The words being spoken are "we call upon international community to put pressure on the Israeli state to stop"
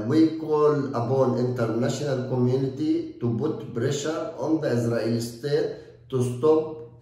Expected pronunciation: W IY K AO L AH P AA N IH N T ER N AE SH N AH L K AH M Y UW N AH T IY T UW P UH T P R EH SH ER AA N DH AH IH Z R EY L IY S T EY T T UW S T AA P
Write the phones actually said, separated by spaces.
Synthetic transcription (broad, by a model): W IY K AO L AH B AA N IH N T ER N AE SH N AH L K AH M Y UW N AH T IY T UW B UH T B R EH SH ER AA N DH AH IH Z R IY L S T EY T T UW S T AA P